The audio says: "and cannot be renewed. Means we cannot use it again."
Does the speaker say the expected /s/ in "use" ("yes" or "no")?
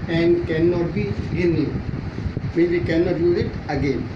no